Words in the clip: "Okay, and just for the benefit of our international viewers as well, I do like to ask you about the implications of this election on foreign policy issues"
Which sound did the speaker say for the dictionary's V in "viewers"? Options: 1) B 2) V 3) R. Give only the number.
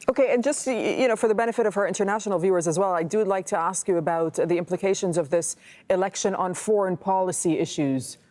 2